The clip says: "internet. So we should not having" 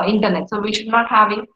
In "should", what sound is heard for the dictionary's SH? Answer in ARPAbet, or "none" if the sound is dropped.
SH